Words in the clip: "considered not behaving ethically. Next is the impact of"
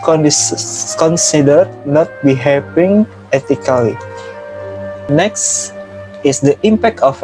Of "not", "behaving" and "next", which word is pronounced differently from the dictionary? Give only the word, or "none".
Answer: behaving